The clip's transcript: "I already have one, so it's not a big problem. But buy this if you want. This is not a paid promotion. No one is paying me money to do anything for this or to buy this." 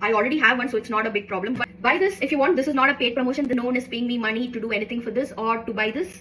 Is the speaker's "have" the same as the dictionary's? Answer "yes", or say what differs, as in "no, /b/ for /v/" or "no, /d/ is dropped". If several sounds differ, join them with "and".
yes